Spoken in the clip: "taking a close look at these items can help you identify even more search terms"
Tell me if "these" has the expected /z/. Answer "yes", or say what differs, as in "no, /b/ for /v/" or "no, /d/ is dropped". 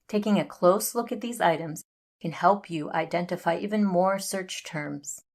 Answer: yes